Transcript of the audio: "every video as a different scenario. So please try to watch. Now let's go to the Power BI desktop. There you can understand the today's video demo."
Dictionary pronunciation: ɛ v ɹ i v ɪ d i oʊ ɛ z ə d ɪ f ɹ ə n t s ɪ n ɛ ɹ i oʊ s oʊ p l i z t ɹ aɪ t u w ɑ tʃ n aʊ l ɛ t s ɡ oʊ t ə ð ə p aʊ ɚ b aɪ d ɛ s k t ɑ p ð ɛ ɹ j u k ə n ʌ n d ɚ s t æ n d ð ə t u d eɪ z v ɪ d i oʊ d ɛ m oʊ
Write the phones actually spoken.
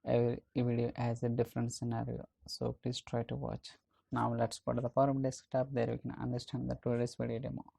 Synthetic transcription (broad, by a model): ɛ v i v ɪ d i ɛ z ə d ɪ f ɹ ə n t s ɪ n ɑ ɹ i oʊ s oʊ p l i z t ɹ aɪ t u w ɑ tʃ n aʊ l ɛ t s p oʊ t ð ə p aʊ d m d ɛ s k t ɑ p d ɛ ɹ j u k ə n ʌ n d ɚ s t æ n d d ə t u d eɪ s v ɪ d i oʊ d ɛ m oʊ